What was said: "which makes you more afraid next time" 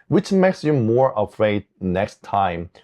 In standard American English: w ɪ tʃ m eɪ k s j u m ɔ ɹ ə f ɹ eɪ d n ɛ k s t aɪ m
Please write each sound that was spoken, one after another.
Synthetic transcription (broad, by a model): w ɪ tʃ m eɪ k s j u m ɔ ɹ ə f ɹ eɪ d n ɛ k s t aɪ m